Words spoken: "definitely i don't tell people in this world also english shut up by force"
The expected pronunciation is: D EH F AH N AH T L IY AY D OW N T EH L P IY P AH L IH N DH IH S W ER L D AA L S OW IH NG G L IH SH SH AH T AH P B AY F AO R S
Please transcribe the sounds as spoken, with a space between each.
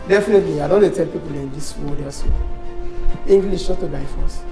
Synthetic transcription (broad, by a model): D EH F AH N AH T L IY AY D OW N T EH L P IY P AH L IH N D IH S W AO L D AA S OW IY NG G L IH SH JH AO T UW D AY F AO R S